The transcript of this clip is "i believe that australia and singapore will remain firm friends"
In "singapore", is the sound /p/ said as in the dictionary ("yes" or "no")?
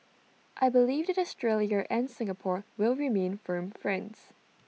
yes